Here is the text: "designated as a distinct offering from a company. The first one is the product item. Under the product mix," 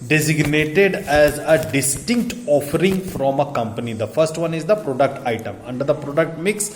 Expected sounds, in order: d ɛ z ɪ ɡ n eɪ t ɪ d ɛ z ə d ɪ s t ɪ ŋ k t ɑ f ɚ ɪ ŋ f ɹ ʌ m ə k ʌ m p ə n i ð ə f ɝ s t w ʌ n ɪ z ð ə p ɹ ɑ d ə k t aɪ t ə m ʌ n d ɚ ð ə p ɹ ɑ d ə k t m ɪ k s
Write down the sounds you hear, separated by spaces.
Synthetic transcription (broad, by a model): d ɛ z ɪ ɡ n eɪ t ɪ d ɛ z ə d ɪ s t ɪ ŋ k t ɑ f ɚ ɪ ŋ f ɹ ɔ m ə k ʌ m p ə n i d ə f ɝ s t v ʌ n ɪ z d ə p ɹ ɑ d ə k t aɪ t ə m ʌ n d ɚ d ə p ɹ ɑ d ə k t m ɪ k s